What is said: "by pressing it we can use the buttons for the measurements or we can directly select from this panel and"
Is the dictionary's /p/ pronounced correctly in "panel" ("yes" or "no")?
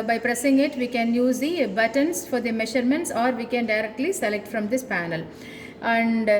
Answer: yes